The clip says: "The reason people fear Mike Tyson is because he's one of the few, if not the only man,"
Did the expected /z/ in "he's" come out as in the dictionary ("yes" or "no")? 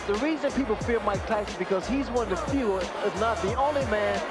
yes